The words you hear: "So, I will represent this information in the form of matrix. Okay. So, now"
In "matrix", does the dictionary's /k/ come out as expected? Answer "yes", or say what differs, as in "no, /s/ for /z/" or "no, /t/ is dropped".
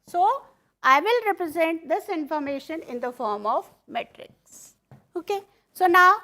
yes